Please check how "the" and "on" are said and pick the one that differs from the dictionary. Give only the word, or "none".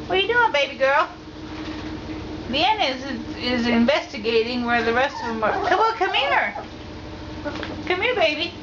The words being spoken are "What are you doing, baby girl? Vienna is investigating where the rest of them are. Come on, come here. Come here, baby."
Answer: on